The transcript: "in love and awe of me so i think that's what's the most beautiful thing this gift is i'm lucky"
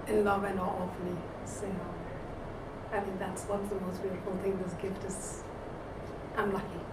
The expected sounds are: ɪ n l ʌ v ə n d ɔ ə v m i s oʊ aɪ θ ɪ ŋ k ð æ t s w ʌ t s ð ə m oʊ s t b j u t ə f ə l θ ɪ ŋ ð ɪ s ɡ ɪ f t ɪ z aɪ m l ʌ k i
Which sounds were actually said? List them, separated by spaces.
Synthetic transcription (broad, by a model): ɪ n l ʌ v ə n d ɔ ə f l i s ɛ aɪ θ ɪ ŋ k ð æ t s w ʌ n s ð ə m oʊ s t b j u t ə f l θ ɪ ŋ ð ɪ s ɡ ɪ f t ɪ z aɪ m l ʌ k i